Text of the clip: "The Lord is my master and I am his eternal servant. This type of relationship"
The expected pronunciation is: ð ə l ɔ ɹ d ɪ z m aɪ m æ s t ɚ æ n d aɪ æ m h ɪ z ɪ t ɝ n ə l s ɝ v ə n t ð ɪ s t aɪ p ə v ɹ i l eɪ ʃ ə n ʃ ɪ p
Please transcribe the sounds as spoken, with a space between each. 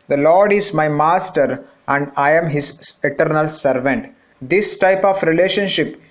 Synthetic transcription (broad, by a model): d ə l ɔ ɹ d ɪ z m aɪ m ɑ s t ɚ æ n d aɪ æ m h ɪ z ɪ t ɝ n ə l s ɝ v ə n t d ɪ s t aɪ p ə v ɹ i l eɪ ʃ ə n ʃ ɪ p